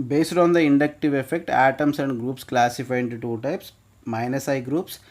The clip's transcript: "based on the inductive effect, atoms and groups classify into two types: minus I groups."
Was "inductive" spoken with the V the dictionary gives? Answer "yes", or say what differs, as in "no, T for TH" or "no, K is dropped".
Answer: yes